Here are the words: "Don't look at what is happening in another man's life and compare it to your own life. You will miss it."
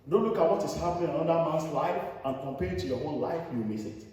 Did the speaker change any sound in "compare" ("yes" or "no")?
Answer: no